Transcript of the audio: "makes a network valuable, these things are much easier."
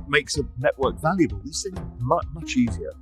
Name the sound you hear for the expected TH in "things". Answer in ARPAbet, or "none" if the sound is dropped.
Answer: S